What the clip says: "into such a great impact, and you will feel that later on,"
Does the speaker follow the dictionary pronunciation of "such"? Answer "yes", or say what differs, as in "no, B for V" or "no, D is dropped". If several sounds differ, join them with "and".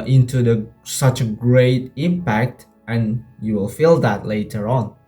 yes